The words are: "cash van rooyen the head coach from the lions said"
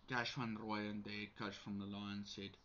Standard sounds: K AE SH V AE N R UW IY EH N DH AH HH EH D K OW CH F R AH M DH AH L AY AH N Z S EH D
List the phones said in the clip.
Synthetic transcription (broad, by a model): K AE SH W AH N R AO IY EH N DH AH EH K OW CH F R AH M DH AH L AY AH N S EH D